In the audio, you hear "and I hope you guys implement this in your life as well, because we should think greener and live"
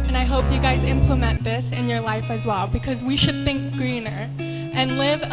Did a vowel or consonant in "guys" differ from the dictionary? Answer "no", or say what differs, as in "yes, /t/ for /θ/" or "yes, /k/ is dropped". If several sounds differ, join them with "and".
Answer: no